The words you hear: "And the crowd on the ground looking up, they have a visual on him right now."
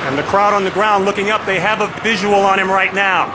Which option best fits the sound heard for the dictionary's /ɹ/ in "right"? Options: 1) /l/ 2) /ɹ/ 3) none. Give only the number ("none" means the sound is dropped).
2